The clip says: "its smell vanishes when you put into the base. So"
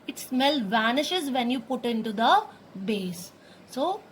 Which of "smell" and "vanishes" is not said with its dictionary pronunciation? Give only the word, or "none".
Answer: none